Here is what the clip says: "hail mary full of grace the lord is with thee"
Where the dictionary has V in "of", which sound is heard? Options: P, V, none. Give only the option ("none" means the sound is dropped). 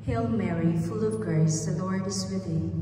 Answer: V